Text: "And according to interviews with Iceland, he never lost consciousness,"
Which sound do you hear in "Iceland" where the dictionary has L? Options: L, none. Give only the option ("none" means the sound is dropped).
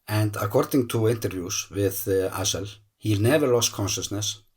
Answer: none